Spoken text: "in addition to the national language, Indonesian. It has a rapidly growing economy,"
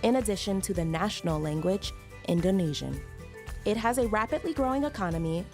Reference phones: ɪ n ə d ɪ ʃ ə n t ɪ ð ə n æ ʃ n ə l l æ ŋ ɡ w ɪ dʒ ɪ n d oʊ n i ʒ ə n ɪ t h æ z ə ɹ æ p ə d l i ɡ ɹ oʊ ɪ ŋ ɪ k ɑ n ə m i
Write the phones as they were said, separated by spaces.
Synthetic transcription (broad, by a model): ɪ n ə d ɪ ʃ ə n t ɪ ð ə n æ ʃ n l l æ ŋ ɡ w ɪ dʒ ɪ n d oʊ n i ʒ ə n ɪ t h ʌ z ə ɹ æ p ə d l i ɡ ɹ oʊ ɪ ŋ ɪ k ɑ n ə m i